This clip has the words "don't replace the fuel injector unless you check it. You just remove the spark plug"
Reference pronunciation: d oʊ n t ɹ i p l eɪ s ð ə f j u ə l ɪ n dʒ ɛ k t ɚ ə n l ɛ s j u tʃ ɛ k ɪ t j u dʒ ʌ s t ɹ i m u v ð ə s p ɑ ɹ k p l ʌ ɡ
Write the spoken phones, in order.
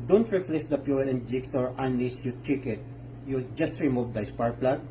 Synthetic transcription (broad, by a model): d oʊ n t ɹ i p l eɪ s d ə p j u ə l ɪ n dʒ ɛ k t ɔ ə n l ɛ s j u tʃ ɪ k ɪ t j u dʒ ʌ s t ɹ i m u v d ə s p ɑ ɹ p l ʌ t